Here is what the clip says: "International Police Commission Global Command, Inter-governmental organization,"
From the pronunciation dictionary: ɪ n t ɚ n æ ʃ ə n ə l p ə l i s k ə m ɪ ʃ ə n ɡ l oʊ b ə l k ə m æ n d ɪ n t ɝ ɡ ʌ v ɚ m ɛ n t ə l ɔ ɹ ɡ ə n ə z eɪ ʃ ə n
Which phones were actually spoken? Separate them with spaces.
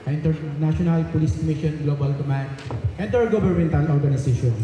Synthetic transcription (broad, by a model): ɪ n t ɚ n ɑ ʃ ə n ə l p ə l i s k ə m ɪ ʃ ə n ɡ l oʊ b ə l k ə m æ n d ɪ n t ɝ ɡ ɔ b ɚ m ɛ n t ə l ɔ ɹ ɡ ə n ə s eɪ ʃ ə n